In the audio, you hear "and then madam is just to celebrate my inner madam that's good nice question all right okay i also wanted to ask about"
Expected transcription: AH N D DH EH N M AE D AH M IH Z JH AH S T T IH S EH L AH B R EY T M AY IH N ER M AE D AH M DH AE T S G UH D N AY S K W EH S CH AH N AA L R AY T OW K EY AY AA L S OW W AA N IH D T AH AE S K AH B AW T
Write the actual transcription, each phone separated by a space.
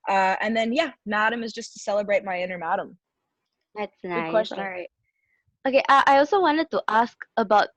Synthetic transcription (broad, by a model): AH N DH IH N M AE D AH M IH Z JH AH S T T IH S EH L AH B R EY T M AY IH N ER M AE D AH M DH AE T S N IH K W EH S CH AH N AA R AY T OW K EY AY AA L S OW W AA N IH D T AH AE S K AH B AW T